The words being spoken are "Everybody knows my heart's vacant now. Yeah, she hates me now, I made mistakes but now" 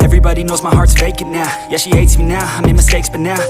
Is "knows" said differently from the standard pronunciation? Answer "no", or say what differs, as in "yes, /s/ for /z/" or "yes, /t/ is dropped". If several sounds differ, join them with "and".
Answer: no